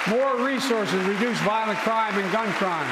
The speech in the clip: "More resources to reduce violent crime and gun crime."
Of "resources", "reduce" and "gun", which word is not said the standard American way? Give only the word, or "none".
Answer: none